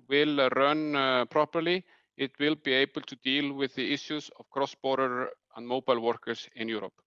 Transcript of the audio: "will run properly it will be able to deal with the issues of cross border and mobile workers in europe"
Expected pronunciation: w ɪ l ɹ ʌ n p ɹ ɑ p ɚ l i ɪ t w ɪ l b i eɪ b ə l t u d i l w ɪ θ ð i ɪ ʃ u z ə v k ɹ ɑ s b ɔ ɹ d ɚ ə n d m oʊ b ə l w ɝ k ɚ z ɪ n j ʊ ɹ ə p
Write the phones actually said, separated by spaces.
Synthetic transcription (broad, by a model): w ɪ l ɹ ʌ n p ɹ ɑ p ɚ l i ɪ t w ɪ l b i eɪ b ə l t u d i l w ɪ ð i ɪ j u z ə v k ɹ ɑ s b ɔ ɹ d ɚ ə n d m oʊ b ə l w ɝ k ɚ s ɪ n j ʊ ɹ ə p